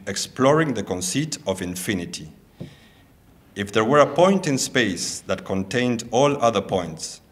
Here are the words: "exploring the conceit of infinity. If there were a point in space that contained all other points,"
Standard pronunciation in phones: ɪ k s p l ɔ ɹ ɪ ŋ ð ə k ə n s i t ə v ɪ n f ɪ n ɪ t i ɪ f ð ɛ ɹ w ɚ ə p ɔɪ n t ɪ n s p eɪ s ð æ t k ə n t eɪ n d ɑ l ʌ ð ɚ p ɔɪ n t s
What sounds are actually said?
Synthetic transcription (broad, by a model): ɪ k s p l ɔ ɹ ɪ ŋ ð ə k ə n s i t ə v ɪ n f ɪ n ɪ t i ɪ f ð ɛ ɹ w ɚ ə p ɔɪ n t ɪ n s p eɪ s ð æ t k ə n t eɪ n d ɑ l ʌ ð ɚ p ɔɪ n t s